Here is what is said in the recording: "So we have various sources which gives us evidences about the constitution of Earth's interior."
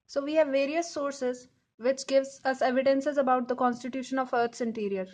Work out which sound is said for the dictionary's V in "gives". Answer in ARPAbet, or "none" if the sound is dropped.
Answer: V